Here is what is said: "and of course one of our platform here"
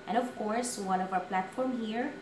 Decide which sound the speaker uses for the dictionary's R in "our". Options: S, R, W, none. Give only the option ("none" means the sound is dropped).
W